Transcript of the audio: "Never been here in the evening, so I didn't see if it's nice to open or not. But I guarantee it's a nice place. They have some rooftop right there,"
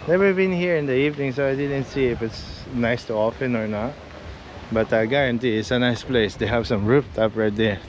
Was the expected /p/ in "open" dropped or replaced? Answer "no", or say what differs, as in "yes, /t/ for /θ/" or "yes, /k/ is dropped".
yes, /f/ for /p/